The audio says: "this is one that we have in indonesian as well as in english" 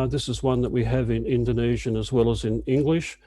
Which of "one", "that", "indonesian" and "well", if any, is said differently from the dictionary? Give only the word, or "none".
none